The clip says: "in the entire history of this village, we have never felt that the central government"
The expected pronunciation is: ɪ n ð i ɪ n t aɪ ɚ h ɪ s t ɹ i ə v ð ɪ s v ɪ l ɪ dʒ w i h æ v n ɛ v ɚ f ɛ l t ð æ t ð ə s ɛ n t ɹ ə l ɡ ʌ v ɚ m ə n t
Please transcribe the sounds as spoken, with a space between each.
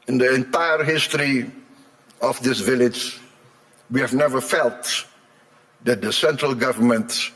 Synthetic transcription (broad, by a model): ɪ n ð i ɪ n t aɪ ɚ h ɪ s t ɹ i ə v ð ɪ s v ɪ l ɪ dʒ w i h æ v n ɛ v ɚ f ɛ l t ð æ t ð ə s ɛ n t ɹ ə l ɡ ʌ v ɚ m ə n t